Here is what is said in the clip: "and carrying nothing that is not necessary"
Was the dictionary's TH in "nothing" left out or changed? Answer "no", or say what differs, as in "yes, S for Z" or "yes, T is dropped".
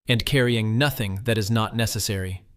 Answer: no